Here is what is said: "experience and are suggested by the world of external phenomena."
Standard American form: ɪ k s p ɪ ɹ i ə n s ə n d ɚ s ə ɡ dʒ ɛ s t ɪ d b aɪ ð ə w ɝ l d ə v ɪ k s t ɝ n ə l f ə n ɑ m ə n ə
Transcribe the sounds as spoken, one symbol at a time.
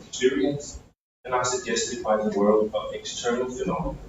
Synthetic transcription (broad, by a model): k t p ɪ ɹ i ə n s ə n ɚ s ə ɡ dʒ ɛ s t ɪ d b aɪ ð ə w ɝ l d ə v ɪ k s t ɝ n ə l f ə n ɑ m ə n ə